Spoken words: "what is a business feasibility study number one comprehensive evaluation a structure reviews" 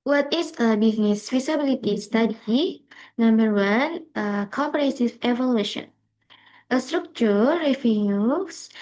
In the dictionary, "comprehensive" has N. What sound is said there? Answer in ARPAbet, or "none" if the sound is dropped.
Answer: none